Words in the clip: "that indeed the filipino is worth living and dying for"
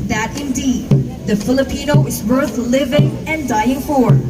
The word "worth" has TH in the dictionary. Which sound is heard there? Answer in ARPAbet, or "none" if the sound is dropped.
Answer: TH